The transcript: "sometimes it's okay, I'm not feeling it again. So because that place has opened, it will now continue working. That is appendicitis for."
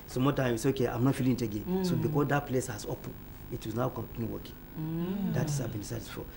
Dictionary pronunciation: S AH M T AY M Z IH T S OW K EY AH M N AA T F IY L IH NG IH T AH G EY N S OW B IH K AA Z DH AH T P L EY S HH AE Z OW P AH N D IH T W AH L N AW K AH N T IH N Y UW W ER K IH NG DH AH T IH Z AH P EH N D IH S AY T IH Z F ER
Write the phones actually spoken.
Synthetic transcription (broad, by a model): S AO M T AY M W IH S OW K EY AH M N AA T F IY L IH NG IH T AH G EY N S OW B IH K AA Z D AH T P L EY S HH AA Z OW P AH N IH T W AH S N AW K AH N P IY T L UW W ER K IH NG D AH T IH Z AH B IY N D S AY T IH S F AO